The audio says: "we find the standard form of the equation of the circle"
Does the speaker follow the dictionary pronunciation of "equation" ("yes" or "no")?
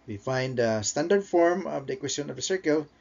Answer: no